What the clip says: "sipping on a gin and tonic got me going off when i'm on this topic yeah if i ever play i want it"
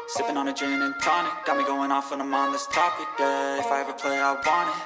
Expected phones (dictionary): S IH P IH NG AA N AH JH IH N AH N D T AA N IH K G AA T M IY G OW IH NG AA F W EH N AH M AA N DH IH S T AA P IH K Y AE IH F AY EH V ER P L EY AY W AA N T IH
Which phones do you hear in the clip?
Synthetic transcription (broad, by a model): S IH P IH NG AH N AH JH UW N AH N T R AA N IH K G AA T M IY G OW IH NG AA F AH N AH M AA N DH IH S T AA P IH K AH IH F AY EH V ER P L EY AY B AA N IH